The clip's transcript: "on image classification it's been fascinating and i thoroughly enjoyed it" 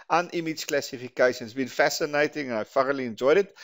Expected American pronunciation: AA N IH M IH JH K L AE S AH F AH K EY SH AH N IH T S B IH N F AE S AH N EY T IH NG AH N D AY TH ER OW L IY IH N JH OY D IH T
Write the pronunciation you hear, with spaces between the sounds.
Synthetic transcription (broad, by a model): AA N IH M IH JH K L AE S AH F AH K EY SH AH N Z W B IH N F AE S AH N EY T IH NG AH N AY F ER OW L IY IH N JH OY D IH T